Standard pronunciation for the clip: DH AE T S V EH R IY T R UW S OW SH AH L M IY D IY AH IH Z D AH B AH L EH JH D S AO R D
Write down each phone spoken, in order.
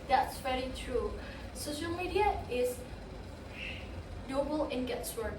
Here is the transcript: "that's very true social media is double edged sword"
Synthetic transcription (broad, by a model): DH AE T S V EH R IY T R UW S OW SH AH L M IY D IY AH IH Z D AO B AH L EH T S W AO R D